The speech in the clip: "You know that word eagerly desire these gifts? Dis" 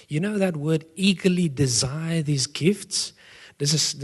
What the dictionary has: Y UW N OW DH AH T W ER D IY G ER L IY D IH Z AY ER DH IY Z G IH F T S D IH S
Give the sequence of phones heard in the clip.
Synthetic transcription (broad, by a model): Y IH N OW DH AH T W ER D IY G ER L IY D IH Z AY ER DH IY Z G IH F T S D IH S